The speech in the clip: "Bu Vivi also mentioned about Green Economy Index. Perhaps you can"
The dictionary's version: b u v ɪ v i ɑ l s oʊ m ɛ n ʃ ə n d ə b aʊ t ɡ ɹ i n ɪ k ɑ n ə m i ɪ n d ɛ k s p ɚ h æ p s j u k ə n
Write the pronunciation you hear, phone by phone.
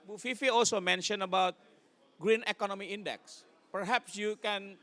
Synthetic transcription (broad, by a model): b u f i f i ɑ l s oʊ m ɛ n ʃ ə n ə b aʊ t ɡ ɹ i n ɪ k ɑ n ə m i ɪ n d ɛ k s p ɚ h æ p s j u k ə n